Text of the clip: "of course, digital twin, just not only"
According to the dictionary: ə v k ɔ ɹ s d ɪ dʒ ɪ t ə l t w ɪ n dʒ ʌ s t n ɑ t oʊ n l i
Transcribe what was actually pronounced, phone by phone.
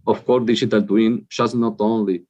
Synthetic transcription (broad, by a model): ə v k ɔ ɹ d ɪ dʒ ɪ t ə l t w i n ʃ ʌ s n ɑ t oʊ n l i